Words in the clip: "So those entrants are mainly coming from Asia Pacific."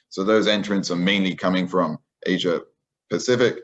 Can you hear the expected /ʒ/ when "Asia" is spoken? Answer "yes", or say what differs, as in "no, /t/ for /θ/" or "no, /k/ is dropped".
yes